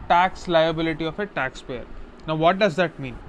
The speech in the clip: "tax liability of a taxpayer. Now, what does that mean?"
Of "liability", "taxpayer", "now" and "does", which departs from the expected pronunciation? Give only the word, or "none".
none